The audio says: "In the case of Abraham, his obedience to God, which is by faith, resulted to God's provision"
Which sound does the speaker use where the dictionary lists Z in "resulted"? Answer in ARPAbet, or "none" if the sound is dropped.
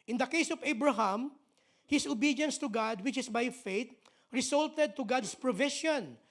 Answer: S